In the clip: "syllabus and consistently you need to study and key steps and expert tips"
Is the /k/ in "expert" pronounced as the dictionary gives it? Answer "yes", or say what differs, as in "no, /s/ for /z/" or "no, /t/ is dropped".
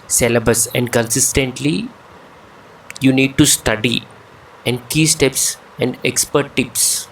yes